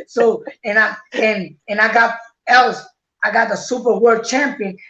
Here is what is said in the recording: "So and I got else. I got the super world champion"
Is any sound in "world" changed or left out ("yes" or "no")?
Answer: yes